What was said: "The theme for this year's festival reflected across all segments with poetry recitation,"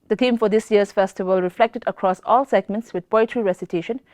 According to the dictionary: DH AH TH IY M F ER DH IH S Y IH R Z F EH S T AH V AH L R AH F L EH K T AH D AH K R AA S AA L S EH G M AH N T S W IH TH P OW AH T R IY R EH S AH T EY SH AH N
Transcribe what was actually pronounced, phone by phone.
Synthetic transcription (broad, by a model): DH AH T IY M F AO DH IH S Y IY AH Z F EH S T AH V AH L R AH F L EH K T AH D AH K R AA S AA L S EH G M AH N T S W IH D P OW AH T R IY R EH S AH T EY SH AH N